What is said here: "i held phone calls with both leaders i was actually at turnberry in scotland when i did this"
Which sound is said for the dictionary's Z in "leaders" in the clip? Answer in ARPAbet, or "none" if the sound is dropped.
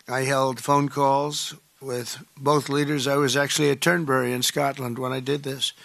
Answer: Z